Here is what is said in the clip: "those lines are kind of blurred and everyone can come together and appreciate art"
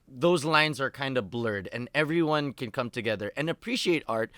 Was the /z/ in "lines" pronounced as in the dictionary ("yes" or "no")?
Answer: yes